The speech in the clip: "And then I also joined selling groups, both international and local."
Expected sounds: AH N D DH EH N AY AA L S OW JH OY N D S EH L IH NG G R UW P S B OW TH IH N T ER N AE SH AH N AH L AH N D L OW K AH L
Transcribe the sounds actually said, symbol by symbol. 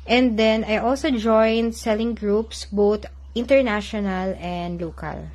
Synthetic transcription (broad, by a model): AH N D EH N AY AA L S OW JH OY N D S EH L IH NG G R UW P S B OW T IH N T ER N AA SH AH N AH L AH N D L OW K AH L